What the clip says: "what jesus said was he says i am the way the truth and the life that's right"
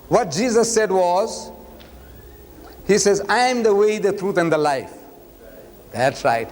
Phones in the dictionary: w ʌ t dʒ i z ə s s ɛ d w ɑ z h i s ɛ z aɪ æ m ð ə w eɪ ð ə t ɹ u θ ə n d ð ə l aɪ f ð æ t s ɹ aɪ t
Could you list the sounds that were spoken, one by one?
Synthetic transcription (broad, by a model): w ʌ t dʒ i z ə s s ɛ d w ɑ z h i s ɛ z aɪ m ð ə w eɪ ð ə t ɹ u t ə n d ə l aɪ f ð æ t s ɹ aɪ t